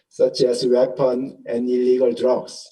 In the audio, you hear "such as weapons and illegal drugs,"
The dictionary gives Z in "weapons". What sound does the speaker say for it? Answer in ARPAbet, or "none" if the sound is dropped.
none